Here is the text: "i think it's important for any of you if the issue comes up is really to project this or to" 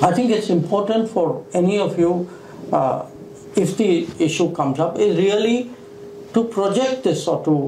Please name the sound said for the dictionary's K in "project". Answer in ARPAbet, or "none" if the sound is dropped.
K